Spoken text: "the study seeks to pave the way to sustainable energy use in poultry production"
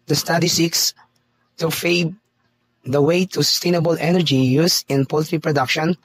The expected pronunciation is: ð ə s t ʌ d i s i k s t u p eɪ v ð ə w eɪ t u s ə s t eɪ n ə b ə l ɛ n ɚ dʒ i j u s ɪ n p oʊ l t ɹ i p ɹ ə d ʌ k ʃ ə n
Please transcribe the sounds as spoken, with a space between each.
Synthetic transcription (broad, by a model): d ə s t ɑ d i s i k s t u f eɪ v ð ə w eɪ t u s ə s t eɪ n ə b ə l ɛ n ɚ dʒ i j u s ɪ n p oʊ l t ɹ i p ɹ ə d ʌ k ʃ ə n